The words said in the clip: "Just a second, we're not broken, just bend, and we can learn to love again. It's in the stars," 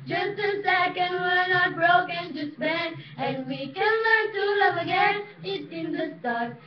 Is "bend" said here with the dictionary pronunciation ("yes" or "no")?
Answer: no